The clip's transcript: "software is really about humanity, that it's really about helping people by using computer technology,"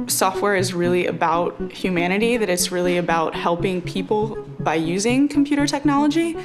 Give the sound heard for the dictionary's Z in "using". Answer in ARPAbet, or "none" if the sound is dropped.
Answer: Z